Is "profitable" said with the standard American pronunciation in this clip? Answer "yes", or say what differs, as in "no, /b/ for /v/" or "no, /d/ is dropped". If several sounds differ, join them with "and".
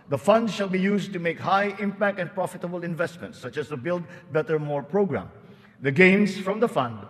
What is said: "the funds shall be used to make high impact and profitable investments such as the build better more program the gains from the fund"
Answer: yes